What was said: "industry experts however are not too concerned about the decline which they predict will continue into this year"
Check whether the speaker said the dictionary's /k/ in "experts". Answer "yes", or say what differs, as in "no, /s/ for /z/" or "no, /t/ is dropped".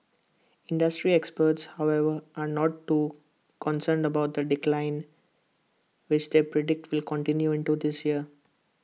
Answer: yes